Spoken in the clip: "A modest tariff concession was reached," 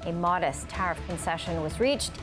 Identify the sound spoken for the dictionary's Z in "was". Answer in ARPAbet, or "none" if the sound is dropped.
Z